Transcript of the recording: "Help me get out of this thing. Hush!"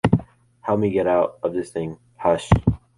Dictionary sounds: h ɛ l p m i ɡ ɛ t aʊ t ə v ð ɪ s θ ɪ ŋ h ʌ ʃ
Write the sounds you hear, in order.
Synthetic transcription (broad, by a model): h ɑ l m i ɡ ɛ t aʊ t ə v ð ɪ s θ ɪ ŋ h ʌ ʃ